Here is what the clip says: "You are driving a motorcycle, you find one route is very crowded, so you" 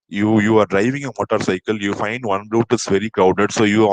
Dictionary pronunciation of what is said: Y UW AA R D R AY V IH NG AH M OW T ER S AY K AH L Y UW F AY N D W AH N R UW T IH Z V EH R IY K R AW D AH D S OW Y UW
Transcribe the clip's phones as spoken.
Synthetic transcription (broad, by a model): Y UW AA R D R AY V IH NG AH M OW T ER S AY K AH L Y UW F AY N D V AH N R UW T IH S V EH R IY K AW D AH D S OW Y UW